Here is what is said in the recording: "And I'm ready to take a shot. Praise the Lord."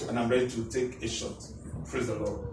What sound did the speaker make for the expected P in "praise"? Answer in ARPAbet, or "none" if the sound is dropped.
F